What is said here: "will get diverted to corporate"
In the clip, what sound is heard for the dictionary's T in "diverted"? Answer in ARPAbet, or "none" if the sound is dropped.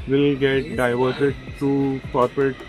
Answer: S